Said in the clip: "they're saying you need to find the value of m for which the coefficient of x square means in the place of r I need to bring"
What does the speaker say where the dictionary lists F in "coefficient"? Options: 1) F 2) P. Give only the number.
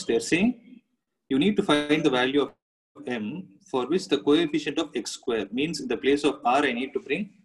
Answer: 1